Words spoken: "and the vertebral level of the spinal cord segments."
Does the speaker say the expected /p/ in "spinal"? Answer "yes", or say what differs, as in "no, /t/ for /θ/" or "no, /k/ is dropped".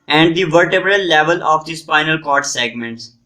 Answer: no, /f/ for /p/